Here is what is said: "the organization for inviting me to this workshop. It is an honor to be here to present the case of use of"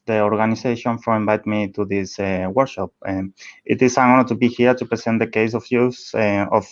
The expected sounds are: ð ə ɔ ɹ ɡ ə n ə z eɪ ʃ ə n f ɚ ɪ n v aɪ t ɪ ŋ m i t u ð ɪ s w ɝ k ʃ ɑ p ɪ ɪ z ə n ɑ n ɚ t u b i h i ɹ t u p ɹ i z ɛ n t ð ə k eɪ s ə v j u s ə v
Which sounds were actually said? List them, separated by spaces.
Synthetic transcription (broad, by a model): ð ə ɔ ɹ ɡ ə n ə s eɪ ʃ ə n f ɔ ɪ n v aɪ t m i t u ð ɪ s w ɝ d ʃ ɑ p ɪ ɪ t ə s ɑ ɚ t u b i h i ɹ t u p ɹ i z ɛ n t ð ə k eɪ s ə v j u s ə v